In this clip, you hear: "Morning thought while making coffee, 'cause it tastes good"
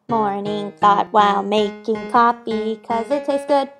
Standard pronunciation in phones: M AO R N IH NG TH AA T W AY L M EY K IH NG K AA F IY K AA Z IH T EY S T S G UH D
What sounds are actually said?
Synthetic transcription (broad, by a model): M AO R N IH NG TH AA T W AY L M EY K IH NG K AA P IY K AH Z IH T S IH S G UH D